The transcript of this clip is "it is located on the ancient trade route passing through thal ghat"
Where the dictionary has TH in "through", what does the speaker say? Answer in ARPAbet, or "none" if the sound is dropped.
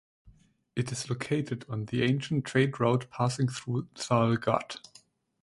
TH